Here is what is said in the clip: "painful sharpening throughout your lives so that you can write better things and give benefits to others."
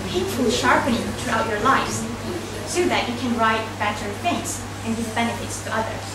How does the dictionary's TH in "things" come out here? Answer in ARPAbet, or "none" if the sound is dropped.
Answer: F